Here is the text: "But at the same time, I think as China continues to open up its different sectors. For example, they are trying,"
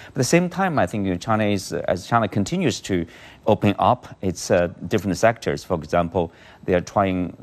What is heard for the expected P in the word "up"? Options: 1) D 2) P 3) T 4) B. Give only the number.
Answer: 2